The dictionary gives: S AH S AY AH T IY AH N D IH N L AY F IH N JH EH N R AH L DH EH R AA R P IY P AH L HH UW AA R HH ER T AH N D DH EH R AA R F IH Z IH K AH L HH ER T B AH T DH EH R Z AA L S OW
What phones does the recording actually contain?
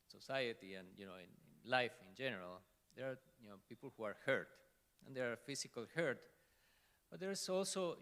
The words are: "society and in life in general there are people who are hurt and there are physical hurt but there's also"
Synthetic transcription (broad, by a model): S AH S AY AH T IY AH N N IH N L AY F IH N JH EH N R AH L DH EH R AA R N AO P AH L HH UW AA R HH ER T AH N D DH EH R AA R F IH S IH K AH L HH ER T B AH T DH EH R S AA L S OW